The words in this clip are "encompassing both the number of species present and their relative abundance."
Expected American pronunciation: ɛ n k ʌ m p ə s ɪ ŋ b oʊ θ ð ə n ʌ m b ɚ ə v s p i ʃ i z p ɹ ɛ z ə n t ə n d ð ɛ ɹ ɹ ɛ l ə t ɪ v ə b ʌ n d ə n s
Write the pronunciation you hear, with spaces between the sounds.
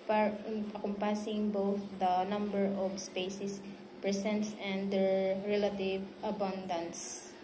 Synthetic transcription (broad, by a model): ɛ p k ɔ m p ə s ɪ ŋ b oʊ θ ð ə n ʌ m b ɚ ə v s p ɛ s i s p ɹ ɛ s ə n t ə n d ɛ ɹ ɹ ɛ l ə t ɪ v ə b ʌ n d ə n s